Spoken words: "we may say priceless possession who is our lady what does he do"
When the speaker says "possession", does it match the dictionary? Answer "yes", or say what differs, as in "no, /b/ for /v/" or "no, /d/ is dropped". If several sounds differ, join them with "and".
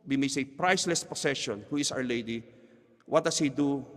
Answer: no, /s/ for /z/